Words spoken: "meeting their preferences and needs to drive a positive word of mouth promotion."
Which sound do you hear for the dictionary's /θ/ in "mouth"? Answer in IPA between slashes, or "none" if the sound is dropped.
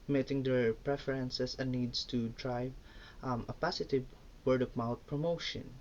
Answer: /t/